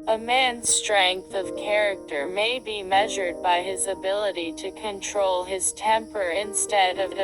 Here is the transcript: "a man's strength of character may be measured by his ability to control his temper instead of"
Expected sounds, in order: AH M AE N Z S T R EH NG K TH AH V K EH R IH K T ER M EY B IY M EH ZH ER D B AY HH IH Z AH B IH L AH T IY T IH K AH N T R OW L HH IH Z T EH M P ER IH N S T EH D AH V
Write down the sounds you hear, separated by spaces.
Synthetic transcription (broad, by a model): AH M AE N Z S T R EH NG K TH AH V K EH R IH K T ER M EY B IY M EH ZH ER D B AY IH Z AH B IH L AH T IY T IH K AH N T R OW L IH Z T EH M P ER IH N S T EH D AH V